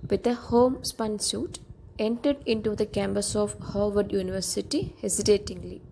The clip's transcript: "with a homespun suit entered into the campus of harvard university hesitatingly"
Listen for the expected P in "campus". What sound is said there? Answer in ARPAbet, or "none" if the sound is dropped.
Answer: B